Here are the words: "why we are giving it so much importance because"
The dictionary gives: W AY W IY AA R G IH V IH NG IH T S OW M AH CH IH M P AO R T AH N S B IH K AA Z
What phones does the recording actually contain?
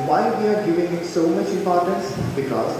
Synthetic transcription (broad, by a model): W AY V IY AA R G IH V IH NG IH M S OW M AH CH IH M P AO R T AH N S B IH K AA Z